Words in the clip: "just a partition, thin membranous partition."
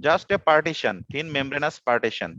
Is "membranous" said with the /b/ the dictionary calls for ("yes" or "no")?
yes